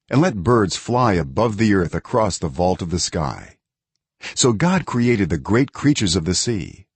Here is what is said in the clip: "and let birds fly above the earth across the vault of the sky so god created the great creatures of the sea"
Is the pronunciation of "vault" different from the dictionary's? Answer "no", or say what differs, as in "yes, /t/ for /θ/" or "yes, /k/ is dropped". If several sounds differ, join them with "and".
no